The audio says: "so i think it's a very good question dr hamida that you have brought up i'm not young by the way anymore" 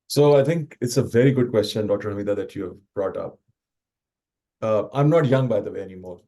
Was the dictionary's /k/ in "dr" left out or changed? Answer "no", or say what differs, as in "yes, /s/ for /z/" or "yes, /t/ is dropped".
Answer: yes, /k/ is dropped